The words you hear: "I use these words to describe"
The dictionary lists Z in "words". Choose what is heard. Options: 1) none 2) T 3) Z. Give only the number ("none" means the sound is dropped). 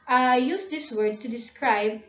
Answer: 1